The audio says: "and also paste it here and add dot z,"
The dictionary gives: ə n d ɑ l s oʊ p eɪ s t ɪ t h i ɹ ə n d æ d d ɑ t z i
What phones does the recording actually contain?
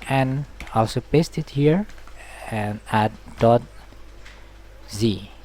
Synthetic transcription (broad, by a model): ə n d ɑ l s oʊ p eɪ s t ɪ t h i ɹ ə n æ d d ɑ t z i